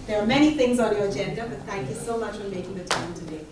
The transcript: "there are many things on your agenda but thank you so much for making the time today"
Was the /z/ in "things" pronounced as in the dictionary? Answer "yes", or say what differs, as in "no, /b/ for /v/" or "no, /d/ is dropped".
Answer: yes